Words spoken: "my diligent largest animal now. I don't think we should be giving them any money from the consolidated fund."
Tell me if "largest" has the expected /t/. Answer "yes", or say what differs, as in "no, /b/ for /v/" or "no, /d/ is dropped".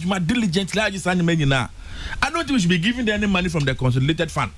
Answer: no, /t/ is dropped